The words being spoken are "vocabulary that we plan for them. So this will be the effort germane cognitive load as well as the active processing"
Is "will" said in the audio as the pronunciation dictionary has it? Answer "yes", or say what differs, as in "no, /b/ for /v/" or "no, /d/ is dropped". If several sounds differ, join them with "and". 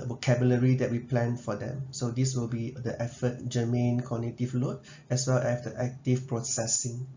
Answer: yes